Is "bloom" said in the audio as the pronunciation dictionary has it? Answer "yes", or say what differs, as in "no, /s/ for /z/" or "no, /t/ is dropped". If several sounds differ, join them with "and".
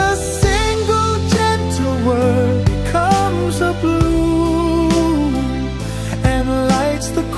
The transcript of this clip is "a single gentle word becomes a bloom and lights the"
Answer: no, /m/ is dropped